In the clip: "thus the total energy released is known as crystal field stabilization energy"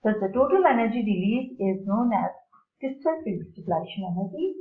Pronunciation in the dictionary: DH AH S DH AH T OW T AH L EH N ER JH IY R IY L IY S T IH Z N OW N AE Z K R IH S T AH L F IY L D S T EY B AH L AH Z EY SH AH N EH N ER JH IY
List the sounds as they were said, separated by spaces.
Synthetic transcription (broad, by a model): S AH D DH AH T OW T AH L EH N ER JH IY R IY L IY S IH Z N OW N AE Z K IH S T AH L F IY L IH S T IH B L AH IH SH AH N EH N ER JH IY